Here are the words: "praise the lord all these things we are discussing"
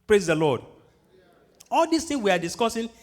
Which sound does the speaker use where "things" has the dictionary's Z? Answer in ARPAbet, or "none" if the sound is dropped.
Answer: none